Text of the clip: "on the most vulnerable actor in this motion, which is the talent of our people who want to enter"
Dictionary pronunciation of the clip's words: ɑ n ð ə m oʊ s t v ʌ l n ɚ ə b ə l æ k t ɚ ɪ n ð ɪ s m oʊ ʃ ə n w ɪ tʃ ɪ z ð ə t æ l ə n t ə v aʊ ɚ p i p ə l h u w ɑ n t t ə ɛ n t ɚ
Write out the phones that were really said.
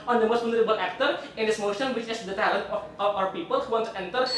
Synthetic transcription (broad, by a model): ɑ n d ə m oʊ s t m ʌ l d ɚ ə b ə l æ k t ɚ ɪ n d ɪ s m oʊ ʃ ə n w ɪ tʃ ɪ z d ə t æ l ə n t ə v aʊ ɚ p i p ə l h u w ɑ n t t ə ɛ n t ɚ